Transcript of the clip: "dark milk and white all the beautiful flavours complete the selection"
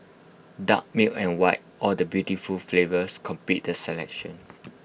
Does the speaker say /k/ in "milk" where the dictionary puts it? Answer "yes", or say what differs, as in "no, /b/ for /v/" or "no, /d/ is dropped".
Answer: no, /k/ is dropped